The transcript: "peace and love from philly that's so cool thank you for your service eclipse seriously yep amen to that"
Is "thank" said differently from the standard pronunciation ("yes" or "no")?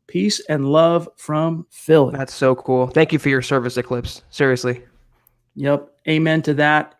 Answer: no